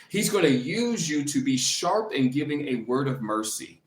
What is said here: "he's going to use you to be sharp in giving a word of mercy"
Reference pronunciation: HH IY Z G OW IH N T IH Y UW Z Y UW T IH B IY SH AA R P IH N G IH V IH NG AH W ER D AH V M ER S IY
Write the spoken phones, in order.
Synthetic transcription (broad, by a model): HH IY Z G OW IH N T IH Y UW Z Y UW T IH B IY SH AA R P IH N G IH V IH NG AH W ER D AH V M ER S IY